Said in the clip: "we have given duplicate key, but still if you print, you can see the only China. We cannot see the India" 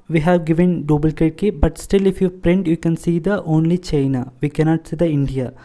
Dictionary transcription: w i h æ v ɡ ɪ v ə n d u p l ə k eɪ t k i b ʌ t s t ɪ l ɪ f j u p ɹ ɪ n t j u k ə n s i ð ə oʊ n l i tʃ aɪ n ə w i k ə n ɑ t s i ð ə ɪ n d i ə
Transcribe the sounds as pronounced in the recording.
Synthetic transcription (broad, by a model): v i h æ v ɡ ɪ v ə n d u b l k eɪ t k i b ʌ t s t ɪ l ɪ f j u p ɹ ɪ n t j u k ə n s i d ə oʊ n l i tʃ aɪ n ə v i k ə n ɑ t s i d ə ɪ n d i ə